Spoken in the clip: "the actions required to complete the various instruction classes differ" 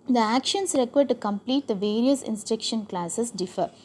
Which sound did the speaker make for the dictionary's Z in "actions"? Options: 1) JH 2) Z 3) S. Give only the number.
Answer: 3